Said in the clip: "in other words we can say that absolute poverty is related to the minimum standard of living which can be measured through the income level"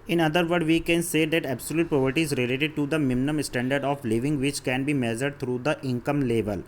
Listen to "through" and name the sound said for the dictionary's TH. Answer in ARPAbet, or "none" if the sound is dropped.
T